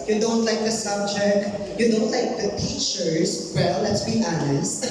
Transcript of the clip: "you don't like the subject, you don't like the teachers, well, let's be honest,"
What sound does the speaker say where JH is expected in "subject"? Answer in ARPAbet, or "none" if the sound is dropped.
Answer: CH